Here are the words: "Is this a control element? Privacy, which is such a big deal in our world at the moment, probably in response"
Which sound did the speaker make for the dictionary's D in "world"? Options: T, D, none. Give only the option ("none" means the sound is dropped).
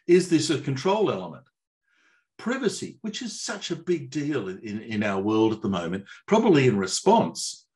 D